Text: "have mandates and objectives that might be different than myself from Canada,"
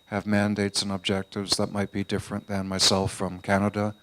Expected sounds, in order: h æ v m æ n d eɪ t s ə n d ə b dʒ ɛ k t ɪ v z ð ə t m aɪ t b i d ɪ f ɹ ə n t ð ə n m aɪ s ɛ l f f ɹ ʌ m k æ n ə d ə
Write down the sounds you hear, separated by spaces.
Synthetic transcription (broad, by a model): h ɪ v m æ n d eɪ t s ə n ə b dʒ ɛ k t ɪ v z ð ə t m aɪ t b i d ɪ f ɹ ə n ð ə n m aɪ s ɛ l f f ɹ ʌ m k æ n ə d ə